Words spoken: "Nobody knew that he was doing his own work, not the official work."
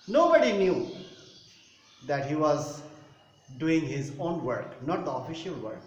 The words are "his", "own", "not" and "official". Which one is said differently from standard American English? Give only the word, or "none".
none